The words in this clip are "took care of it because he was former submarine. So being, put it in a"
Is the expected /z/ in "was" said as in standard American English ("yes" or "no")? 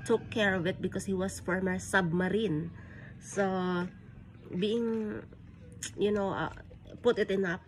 no